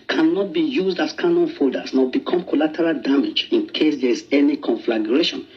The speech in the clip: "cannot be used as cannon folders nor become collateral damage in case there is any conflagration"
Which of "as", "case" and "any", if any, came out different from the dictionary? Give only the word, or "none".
as